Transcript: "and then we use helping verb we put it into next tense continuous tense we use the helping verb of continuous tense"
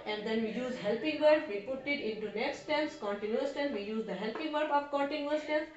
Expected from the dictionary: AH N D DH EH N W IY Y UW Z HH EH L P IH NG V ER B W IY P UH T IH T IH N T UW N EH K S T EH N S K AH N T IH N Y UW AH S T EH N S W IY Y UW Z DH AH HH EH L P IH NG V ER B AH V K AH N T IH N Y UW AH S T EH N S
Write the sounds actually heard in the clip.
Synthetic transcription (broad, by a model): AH N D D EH N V IY Y UW Z HH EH L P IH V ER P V IY P UH T IH T IH N T UW N EH K S T EH N S K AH N T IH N Y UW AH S T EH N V IY Y UW Z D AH HH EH L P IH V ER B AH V K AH N T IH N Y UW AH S T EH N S